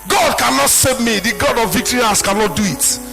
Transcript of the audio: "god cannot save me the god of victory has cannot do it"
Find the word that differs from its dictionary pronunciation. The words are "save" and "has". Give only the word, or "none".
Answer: has